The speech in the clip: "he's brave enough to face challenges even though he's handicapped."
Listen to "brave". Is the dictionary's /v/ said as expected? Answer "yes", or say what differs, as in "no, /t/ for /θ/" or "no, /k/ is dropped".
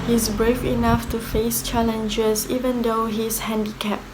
no, /f/ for /v/